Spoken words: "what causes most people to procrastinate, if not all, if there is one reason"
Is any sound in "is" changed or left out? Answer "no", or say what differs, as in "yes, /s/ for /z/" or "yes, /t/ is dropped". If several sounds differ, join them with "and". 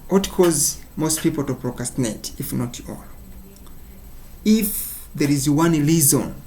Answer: no